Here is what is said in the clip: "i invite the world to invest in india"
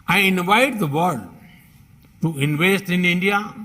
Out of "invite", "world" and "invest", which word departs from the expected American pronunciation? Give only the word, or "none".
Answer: world